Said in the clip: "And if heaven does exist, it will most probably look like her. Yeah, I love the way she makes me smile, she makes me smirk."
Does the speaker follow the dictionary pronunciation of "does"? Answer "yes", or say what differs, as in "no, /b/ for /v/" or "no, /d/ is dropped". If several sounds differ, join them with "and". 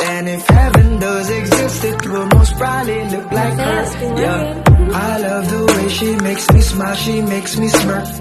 yes